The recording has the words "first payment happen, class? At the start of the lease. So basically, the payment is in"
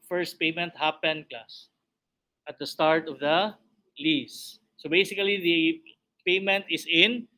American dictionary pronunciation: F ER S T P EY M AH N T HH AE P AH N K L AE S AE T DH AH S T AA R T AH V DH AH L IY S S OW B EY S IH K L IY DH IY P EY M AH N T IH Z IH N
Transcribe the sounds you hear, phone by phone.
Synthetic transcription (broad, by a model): F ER S T P EY M AH N T HH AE P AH N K AA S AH T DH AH S T AA R T AH V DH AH L IY S S OW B EY S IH K L IY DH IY P EY M AH N T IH S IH N